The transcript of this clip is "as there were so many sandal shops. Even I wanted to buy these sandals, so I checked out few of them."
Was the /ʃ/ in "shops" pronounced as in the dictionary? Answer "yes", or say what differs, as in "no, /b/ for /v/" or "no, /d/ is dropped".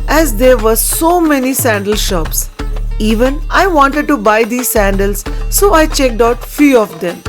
yes